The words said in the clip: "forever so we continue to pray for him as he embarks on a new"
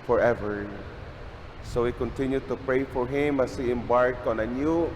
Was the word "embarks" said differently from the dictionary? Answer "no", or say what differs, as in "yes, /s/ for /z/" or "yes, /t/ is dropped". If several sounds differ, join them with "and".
yes, /s/ is dropped